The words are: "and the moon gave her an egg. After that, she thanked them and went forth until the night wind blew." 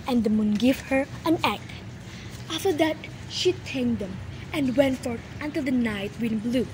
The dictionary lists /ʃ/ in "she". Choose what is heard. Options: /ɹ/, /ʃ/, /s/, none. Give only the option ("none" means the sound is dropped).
/ʃ/